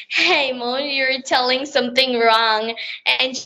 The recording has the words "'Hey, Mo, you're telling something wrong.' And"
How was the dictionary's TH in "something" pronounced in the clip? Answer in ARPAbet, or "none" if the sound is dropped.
TH